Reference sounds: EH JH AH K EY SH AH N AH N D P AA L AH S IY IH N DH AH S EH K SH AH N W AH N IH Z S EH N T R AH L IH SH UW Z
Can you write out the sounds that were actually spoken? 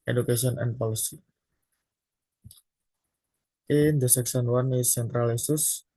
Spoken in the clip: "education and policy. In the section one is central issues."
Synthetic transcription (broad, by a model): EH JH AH K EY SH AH N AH N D P AA L AH S IY IH N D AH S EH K S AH N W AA N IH S EH N T R AH L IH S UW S